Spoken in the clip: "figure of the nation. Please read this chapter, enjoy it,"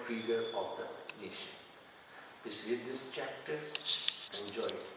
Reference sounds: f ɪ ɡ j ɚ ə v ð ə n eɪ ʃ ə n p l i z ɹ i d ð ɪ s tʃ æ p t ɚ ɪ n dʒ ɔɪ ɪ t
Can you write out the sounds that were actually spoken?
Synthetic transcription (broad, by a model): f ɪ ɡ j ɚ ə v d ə n eɪ ʃ ə n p i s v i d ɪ s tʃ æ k t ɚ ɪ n dʒ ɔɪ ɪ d